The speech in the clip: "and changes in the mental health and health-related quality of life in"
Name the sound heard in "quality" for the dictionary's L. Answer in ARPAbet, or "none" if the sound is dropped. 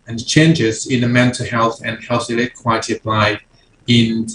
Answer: none